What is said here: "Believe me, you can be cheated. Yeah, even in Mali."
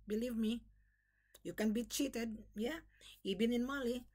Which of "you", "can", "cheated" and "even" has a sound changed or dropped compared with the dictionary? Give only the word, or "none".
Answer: even